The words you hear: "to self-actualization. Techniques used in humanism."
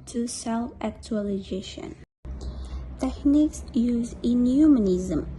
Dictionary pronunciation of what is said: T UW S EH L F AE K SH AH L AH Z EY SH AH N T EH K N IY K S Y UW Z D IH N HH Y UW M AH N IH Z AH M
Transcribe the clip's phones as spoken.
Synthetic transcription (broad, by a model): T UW S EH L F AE K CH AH L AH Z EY SH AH N T EH K N IY K S Y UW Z IH N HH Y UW M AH N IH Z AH M